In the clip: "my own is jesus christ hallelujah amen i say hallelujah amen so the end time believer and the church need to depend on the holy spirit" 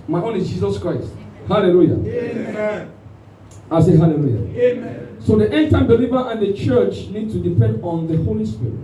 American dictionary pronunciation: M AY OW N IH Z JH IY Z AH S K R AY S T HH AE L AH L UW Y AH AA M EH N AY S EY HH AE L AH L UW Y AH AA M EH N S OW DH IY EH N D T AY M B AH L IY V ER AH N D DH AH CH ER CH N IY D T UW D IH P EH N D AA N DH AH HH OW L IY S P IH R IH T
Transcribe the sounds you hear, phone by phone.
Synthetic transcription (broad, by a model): M AY OW N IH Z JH IY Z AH S K R AY S T HH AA L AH L UW Y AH AA IH S EY HH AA L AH L UW Y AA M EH S OW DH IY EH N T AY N B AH L IY V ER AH N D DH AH CH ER CH N IY D T UW D IH P EH N D AA N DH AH HH OW L IY S P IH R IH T